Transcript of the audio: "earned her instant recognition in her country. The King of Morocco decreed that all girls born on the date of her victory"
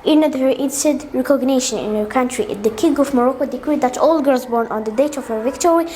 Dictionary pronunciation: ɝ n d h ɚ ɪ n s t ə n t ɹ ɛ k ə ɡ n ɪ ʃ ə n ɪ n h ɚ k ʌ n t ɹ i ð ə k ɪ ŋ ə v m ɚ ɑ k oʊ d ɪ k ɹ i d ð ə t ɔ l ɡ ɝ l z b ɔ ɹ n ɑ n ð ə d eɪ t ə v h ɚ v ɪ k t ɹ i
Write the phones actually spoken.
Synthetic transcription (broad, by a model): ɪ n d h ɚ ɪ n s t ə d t ɹ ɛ k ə ɡ n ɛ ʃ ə n ɪ n h ɚ k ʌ n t ɹ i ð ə k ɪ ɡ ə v m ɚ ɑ k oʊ d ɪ k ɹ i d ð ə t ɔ l ɡ ɝ l z b ɔ ɹ n ɑ n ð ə d eɪ t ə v h ɚ v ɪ k t ɹ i